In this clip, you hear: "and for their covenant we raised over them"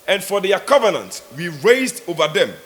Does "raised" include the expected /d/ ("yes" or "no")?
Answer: yes